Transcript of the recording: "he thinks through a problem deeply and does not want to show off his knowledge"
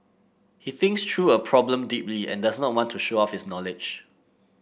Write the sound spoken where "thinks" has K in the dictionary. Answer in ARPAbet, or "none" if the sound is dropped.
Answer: K